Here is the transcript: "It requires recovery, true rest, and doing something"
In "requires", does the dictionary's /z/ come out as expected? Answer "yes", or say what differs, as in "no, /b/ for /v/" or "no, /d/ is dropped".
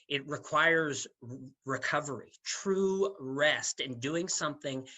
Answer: yes